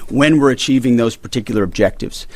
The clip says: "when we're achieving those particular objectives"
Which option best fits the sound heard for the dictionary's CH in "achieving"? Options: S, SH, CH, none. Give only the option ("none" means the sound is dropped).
CH